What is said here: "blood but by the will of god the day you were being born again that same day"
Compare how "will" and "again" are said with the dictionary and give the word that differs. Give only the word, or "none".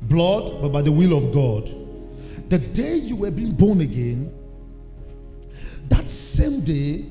none